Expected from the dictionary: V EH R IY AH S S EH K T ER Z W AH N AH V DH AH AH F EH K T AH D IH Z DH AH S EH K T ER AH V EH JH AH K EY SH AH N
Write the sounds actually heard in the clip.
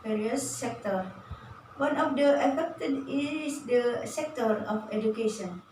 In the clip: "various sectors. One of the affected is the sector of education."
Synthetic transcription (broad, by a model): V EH R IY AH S S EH K T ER W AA N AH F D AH AH F EH K T AH D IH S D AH S EH K T ER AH F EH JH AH K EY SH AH N